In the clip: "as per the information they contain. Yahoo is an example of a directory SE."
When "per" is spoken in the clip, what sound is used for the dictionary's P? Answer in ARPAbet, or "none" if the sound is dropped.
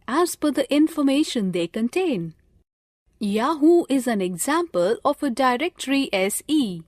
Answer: F